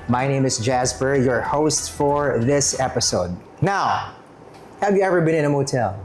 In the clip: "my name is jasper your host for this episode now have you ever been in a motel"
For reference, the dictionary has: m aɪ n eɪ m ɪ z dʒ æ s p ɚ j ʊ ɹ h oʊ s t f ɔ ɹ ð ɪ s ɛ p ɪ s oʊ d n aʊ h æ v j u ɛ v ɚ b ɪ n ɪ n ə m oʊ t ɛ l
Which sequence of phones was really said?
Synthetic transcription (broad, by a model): m aɪ n eɪ m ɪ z dʒ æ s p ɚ j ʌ ɹ h oʊ s t f ɔ ɹ ð ɪ s ɛ p ɪ s oʊ d n aʊ h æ v j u ɛ v ɚ b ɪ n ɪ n ə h oʊ t ɛ l